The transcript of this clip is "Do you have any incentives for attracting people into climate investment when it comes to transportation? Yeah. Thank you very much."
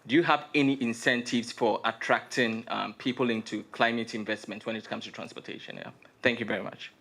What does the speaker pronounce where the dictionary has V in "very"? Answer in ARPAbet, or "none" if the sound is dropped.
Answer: V